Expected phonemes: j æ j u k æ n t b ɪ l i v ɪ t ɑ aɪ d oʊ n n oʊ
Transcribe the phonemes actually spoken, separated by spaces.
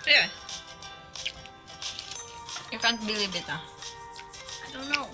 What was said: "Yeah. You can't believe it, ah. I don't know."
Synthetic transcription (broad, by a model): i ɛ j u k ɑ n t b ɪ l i b ɪ t ɑ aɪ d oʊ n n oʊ